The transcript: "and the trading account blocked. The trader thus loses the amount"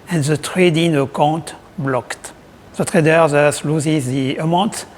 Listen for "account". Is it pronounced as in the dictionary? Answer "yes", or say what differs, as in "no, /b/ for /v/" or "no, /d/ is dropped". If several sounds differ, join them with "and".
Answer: no, /n/ is dropped